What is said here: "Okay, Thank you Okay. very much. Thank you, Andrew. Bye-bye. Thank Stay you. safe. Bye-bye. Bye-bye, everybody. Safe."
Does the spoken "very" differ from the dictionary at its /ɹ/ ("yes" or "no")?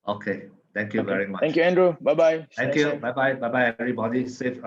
no